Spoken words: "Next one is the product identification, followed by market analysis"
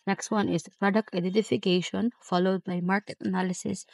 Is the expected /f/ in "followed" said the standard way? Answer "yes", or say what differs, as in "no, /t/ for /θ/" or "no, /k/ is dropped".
yes